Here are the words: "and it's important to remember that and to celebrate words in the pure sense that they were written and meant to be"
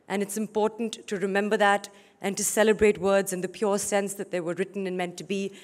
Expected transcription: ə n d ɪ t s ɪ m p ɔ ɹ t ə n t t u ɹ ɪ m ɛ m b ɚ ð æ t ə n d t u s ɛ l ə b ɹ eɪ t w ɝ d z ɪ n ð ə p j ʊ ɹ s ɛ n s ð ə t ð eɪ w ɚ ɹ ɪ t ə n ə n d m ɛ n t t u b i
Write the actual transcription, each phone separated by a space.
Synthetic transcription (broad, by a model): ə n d ɪ t s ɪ m p ɔ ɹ t n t t u ɹ ɪ m ɛ m b ɚ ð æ t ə n t u s ɛ l ə b ɹ eɪ t w ɝ d z ɪ n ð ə p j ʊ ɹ s ɛ n s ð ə t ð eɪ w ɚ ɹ ɪ t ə n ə n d m ɛ n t t u b i